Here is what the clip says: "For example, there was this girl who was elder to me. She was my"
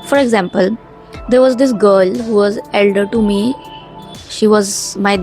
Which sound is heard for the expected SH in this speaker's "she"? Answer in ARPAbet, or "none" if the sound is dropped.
SH